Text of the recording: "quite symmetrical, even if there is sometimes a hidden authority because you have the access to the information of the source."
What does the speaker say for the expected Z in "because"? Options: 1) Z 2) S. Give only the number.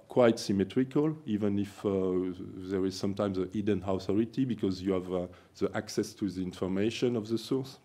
1